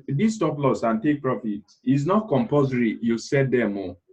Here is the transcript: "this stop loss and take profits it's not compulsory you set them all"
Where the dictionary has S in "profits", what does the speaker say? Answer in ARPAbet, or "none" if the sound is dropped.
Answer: none